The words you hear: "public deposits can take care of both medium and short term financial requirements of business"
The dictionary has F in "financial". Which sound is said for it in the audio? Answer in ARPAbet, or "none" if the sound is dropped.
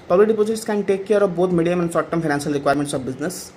P